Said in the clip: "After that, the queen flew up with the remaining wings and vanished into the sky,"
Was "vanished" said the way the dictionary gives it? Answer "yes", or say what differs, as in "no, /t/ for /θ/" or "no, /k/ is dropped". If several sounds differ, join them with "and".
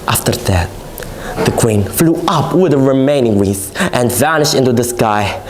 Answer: yes